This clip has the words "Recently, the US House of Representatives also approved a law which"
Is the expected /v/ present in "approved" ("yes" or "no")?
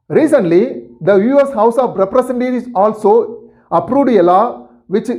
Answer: no